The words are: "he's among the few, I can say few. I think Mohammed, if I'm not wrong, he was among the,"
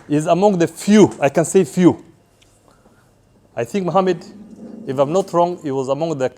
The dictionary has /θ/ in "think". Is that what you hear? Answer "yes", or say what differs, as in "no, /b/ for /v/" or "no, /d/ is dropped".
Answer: yes